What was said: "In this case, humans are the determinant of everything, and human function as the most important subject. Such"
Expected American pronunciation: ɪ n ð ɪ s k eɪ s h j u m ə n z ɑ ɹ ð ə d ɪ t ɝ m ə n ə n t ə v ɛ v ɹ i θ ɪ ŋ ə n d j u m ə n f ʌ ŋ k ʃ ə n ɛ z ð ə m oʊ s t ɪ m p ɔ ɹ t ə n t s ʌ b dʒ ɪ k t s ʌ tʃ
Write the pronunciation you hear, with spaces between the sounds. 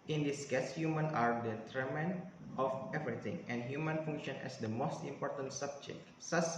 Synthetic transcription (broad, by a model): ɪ n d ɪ s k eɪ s h j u m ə n ɑ ɹ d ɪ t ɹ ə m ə n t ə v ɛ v ɹ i t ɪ ŋ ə n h j u m ə n f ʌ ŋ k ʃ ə n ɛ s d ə m oʊ s t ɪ m p ɔ ɹ t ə n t s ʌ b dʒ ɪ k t s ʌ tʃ